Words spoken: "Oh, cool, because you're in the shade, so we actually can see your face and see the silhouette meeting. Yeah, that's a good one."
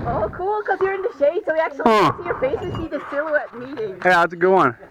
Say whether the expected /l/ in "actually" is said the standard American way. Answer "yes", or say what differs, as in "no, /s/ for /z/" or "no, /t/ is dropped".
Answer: no, /l/ is dropped